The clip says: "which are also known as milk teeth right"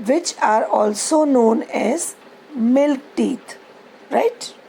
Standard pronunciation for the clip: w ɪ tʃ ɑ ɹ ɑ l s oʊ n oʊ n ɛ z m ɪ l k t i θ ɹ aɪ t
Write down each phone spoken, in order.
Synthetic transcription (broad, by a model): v ɪ tʃ ɑ ɹ ɑ l s oʊ n oʊ n ɛ z m ɪ l k t i t ɹ aɪ t